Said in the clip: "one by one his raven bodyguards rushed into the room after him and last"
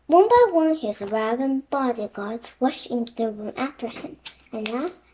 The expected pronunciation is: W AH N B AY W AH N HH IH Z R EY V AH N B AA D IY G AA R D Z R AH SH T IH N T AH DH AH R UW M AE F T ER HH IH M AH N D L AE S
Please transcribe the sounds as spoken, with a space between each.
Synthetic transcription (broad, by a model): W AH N B AY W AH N HH IH Z R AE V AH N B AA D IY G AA R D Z W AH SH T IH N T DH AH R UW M AE F T ER HH IH M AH N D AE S